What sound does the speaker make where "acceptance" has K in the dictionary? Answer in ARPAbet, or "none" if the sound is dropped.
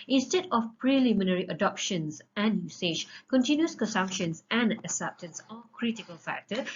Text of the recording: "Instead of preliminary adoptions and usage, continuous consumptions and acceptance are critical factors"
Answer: none